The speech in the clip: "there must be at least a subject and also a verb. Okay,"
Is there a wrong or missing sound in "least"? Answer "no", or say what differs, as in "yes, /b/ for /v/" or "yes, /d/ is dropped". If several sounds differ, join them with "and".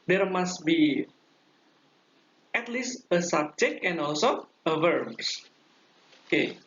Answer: no